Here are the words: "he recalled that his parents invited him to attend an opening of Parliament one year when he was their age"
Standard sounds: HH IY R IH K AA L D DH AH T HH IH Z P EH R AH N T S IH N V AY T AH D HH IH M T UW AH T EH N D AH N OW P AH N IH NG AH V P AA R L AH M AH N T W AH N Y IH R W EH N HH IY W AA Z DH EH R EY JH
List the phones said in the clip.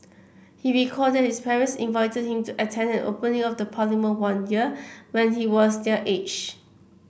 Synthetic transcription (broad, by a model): HH IY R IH K AA D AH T HH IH S P EH R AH N S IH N V AY T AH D HH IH M T UW AH T EH N D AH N OW P AH N IH NG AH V P AA L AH M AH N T W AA N Y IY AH W EH N HH IY W AA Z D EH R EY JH